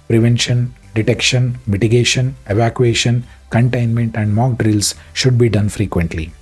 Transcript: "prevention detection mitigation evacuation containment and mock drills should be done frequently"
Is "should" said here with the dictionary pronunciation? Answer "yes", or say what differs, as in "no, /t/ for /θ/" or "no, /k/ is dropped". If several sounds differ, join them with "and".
yes